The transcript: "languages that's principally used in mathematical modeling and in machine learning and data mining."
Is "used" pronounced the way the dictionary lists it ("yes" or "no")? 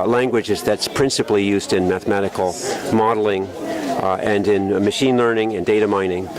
yes